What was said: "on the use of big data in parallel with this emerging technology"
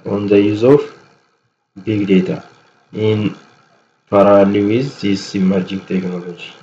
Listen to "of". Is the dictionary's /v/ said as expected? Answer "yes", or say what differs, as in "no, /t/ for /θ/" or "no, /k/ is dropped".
no, /f/ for /v/